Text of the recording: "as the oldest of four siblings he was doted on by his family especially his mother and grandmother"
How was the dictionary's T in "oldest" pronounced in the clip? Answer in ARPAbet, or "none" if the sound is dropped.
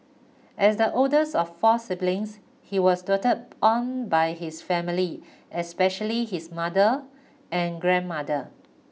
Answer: none